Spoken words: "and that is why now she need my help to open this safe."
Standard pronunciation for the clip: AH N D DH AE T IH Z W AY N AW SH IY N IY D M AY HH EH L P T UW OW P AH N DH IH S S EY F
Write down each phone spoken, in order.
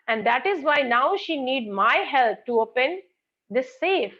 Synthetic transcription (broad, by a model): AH N D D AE T IH Z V AY N AW SH IY N IY D M AY HH EH L P T UW OW P AH N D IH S S EY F